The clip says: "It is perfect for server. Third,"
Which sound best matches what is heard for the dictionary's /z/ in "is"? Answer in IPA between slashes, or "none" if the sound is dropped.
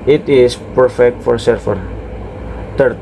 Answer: /s/